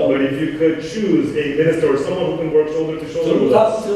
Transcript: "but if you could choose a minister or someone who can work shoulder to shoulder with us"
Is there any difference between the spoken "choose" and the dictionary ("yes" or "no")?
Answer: no